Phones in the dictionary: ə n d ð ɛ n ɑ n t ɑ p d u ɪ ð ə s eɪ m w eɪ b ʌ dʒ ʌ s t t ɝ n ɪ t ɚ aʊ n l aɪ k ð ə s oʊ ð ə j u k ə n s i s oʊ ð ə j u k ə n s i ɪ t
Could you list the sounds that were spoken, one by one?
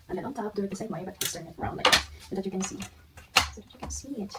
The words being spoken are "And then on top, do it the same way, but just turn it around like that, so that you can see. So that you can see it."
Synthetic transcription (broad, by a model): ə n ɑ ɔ ʊ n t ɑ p d u ɪ ð ə s eɪ m w eɪ b ʌ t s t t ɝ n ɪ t ɚ aʊ n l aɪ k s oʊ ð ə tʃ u k ə n s i s oʊ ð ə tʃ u k ə n s i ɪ t